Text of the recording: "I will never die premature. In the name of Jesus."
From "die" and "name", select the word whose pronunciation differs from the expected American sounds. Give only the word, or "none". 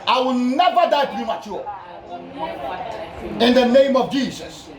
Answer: none